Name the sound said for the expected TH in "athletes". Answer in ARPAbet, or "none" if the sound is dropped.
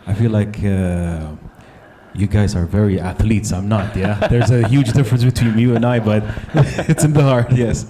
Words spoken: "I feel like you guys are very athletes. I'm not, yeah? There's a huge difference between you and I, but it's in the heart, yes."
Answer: TH